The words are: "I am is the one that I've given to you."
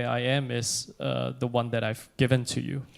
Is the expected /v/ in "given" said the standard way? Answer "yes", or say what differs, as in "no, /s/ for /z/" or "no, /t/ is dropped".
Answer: yes